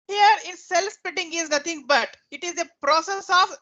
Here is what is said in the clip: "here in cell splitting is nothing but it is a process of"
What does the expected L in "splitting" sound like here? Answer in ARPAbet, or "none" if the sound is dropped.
none